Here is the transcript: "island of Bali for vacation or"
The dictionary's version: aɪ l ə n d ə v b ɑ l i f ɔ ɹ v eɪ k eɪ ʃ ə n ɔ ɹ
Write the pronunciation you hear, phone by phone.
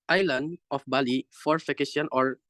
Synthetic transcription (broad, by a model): aɪ l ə n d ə f b ɑ l i f ɔ ɹ f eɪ k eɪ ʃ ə n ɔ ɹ